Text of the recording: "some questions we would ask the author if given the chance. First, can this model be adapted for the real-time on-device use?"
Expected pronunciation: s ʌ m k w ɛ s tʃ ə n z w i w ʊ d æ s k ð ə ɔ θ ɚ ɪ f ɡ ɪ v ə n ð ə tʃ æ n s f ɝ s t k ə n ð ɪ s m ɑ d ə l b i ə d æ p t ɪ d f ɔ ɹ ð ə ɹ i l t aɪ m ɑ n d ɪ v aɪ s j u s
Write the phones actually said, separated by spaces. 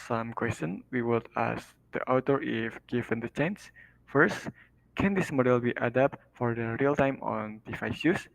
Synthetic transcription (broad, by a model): s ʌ m k w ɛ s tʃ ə n w i w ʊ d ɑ s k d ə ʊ t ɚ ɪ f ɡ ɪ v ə n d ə tʃ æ n s f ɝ s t k ə n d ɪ s m ɑ d ə l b i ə d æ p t f ɔ ɹ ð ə ɹ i l t aɪ m ɑ n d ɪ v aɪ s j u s